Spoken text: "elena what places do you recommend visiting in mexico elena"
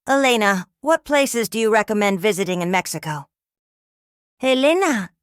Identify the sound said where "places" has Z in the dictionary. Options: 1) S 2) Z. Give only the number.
2